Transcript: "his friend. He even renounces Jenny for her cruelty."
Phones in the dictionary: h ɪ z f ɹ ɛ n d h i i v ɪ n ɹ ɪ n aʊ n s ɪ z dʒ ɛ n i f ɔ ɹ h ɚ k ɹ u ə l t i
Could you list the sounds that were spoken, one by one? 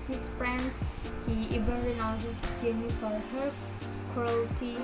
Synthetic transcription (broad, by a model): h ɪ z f ɹ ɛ n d h i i b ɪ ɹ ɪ n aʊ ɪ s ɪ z dʒ ɛ n i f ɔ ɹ h ɚ k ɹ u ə l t i